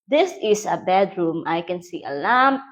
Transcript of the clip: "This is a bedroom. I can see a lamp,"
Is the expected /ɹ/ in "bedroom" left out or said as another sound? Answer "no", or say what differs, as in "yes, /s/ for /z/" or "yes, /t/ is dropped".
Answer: no